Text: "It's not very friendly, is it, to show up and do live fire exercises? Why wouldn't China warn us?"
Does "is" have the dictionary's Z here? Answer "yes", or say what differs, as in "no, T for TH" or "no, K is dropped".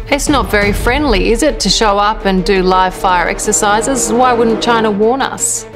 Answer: yes